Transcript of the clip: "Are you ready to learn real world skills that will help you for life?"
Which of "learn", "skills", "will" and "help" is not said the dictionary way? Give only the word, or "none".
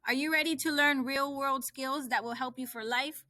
none